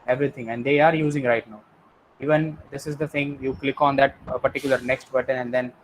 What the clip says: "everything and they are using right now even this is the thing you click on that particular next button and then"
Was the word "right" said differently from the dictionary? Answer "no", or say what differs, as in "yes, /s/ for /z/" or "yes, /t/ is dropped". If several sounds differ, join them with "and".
no